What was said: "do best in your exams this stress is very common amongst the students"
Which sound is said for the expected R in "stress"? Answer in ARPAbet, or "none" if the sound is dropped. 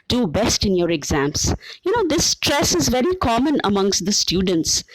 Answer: R